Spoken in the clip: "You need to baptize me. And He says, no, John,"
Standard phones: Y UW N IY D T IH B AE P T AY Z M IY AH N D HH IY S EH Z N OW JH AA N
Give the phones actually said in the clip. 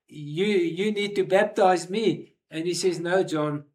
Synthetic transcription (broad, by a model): Y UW N IY D T IH B AE P T AY Z M IY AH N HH IY S EH Z N OW JH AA N